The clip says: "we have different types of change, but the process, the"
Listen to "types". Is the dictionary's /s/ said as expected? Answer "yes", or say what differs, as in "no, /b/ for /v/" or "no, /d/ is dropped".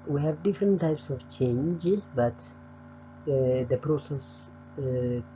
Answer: yes